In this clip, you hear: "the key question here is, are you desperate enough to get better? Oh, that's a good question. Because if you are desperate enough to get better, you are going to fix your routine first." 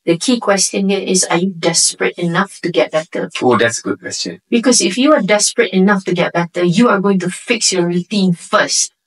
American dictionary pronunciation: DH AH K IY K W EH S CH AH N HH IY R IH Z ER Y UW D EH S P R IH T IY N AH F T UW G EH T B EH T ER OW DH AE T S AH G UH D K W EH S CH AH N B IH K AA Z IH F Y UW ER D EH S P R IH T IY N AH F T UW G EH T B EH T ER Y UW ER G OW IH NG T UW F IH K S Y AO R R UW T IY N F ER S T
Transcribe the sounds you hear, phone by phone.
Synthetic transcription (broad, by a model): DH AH K IY K W EH S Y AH N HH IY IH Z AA Y UW D EH S P R IH T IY N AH F T UW G EH T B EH T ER OW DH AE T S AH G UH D K W EH S CH AH N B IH K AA S IH F Y UW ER D EH S P R IH T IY N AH F T UW G EH T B EH T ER Y UW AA G OW IH NG T UW F IH K S Y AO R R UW T IY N F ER S T